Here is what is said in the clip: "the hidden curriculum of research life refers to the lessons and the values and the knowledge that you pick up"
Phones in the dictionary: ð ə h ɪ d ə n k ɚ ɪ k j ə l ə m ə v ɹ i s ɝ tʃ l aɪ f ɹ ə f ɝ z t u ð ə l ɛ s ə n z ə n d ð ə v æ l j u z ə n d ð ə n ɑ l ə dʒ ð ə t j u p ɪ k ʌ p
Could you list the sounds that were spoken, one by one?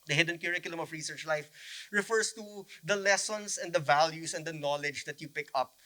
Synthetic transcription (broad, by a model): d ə h ɪ d ə n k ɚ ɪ k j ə l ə m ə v ɹ i s ɝ tʃ l aɪ f ɹ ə f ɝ s t u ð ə l ɛ s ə n s ə n d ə v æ l j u s ə n d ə n ɑ l ə dʒ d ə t j u p ɪ k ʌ p